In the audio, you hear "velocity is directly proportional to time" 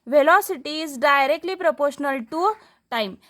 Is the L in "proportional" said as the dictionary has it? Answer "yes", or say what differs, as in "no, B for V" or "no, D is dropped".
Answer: yes